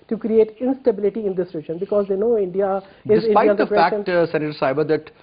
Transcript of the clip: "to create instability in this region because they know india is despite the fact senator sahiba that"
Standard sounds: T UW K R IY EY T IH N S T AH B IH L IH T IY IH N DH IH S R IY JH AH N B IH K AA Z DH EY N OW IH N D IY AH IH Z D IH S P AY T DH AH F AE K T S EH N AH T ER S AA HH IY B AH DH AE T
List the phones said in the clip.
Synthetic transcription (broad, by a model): T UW K R IY EY T IH N S T AH B IH L IH T IY IH N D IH S R IY JH AH N B IH K AA Z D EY N OW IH N D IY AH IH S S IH P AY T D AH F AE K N S EH N AH T ER S AA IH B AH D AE T